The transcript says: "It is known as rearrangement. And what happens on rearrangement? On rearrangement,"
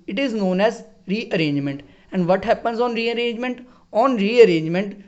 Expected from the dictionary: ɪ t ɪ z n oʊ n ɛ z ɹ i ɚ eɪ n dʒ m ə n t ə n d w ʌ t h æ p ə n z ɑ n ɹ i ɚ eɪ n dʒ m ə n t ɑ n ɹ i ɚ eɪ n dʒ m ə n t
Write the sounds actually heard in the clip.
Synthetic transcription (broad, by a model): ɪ t ɪ z n oʊ n ɛ z ɹ i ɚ eɪ n dʒ m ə n t ə n d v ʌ t h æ p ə n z ɑ n ɹ i ɚ eɪ n dʒ m ə n t ɑ n ɹ i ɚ eɪ n dʒ m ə n t